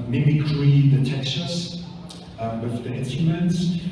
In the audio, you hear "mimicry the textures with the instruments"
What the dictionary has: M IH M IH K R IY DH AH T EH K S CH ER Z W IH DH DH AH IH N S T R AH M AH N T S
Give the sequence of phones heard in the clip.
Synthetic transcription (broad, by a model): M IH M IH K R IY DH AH T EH K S ER S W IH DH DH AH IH N S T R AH M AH N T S